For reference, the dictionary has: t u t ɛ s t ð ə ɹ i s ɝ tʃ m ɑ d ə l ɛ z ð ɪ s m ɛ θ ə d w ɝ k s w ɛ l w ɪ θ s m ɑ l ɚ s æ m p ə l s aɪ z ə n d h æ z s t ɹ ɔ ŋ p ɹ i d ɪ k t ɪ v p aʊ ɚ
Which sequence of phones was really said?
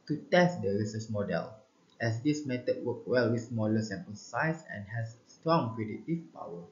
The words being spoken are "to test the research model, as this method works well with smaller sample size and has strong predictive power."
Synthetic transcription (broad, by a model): t u t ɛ s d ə ɹ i s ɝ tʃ m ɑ d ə l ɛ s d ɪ s m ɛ t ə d w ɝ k w ɛ l w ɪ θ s m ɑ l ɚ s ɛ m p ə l s aɪ s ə n h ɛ s t ɹ ɔ ŋ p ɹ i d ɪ t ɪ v p aʊ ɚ